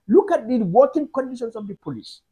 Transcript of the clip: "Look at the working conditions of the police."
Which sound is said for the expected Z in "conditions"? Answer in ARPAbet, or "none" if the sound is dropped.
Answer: S